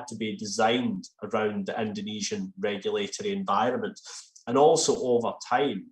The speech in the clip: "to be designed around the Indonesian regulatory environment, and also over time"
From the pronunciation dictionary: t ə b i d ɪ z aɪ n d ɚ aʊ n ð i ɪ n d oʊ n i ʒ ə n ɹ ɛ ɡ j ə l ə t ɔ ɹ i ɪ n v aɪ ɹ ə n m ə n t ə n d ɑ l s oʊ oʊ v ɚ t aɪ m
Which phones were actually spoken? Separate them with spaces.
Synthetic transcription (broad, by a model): t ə b i d ɪ z aɪ n d ɚ aʊ n ð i ɪ n d oʊ n i ʒ ə n ɹ ɛ ɡ j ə l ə t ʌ ɹ i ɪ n v aɪ ɹ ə n m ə n t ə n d ɑ l s oʊ oʊ v ɚ t aɪ m